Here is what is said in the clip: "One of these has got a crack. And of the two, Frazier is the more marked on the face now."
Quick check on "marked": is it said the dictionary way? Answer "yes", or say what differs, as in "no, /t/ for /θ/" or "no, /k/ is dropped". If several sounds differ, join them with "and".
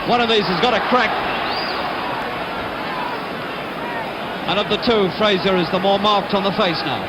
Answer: yes